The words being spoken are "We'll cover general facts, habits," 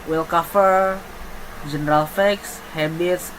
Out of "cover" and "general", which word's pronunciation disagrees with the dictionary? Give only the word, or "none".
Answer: cover